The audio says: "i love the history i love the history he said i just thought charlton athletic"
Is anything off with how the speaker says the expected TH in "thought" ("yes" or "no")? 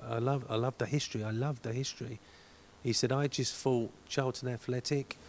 yes